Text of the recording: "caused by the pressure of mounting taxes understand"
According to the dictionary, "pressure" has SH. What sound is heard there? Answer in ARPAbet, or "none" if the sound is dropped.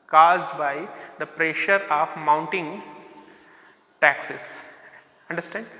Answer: SH